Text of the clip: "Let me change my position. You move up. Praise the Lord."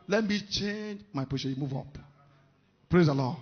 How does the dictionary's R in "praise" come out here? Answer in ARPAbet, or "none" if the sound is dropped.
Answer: R